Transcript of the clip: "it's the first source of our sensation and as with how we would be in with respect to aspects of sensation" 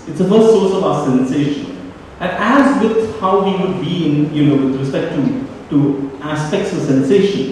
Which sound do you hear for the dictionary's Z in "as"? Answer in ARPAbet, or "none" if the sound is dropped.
Z